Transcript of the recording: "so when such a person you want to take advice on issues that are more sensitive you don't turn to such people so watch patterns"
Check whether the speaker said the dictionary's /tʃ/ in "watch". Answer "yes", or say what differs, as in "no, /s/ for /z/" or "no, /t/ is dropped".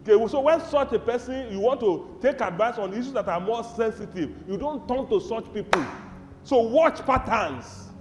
yes